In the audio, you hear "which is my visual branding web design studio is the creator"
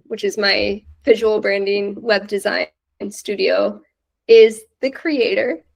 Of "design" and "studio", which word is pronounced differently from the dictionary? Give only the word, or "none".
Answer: none